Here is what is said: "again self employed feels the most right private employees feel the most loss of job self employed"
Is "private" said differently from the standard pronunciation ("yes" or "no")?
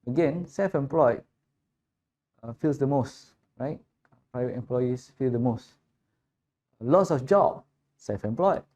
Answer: no